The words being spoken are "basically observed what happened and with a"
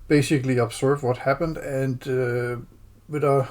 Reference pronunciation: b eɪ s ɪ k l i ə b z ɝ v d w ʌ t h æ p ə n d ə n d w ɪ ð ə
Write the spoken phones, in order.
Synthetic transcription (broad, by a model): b eɪ s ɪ k l i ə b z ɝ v w ʌ t h æ p ə n d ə n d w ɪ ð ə